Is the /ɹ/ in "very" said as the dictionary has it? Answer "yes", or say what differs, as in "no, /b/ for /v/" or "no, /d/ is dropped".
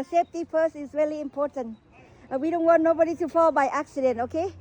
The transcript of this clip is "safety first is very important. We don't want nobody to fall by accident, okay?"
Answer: no, /l/ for /ɹ/